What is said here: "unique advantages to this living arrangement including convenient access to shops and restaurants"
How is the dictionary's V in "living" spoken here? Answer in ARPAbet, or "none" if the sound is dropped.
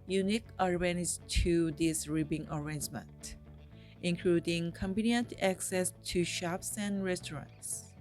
B